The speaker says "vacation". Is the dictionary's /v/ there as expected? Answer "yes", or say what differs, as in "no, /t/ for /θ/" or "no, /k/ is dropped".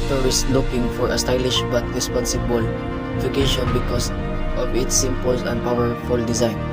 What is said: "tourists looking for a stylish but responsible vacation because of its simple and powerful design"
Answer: no, /f/ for /v/